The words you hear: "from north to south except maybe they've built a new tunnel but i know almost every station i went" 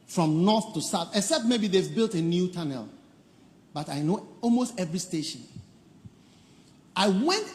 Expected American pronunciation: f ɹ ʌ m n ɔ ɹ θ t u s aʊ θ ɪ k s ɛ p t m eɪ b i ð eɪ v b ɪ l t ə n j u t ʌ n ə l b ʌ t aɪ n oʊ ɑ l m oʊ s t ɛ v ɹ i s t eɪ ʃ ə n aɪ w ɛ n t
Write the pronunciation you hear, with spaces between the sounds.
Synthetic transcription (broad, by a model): f ɹ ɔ m n ɔ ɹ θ t u s aʊ θ ɪ k s ɛ p t m eɪ b i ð eɪ v b ɪ l t ə n j u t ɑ n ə l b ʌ t aɪ n oʊ ɑ l m oʊ s t ɛ v ɹ i s t eɪ ʃ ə n aɪ w ɛ n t